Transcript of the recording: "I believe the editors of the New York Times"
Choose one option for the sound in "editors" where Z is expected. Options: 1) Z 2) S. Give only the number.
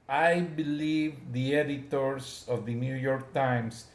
2